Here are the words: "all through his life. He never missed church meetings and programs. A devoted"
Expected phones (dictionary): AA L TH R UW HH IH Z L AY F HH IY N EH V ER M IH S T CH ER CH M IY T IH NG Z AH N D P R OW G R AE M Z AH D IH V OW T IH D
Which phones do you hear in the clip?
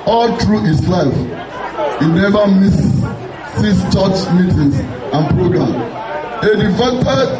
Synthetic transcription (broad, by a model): AA L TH R UW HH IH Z L AY F HH IY N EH V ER M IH S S CH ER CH M IY T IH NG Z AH N P R OW G R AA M AH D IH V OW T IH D